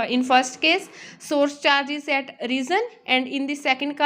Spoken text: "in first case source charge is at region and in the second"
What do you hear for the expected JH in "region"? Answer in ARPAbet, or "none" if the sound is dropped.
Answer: Z